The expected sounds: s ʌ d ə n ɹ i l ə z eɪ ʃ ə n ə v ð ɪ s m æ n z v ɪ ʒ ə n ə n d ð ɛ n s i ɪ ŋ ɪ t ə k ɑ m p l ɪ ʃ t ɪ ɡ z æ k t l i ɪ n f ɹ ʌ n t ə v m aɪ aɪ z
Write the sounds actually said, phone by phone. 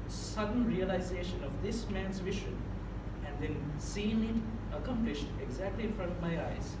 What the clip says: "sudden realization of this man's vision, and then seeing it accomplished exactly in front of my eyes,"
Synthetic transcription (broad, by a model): s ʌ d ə n ɹ i l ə z eɪ ʃ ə n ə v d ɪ s m æ n z v ɪ ʒ ə n ə n d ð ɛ n s i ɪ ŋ ɪ t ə k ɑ m p l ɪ ʃ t ɪ ɡ z æ k t l i ɪ n f ɹ ʌ n t ə v m aɪ aɪ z